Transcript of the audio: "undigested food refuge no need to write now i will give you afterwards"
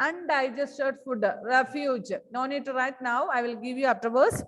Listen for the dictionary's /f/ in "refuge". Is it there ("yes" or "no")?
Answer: yes